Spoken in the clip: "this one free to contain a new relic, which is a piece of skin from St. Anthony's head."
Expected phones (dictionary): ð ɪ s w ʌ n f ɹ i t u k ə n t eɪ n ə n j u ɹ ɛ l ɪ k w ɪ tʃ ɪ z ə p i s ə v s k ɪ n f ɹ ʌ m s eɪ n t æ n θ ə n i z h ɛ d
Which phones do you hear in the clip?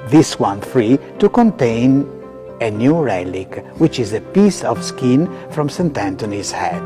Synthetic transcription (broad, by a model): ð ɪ s w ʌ n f ɹ i t u k ə n t eɪ n ə n j u ɹ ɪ l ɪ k w ɪ tʃ ɪ z ə p i s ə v s k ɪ n f ɹ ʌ m s eɪ n t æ n t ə n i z h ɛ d